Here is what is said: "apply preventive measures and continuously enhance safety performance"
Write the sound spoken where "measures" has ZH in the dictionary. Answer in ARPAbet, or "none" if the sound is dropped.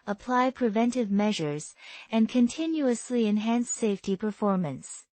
ZH